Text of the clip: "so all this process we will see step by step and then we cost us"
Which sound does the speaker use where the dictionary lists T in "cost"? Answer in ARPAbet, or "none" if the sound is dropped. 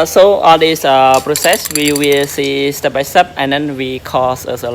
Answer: none